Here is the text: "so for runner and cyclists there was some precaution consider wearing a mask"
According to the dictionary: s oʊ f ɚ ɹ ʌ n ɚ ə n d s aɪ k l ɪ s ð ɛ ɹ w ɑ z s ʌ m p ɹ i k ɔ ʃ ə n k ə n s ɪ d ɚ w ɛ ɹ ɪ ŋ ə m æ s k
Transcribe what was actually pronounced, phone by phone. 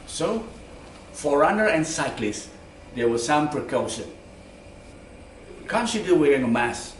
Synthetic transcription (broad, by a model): s oʊ f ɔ ɹ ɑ n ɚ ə n s aɪ k l ɪ s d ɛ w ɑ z s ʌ m p ɹ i k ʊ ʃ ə n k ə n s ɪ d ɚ w ɛ ɹ ɪ ŋ ə m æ s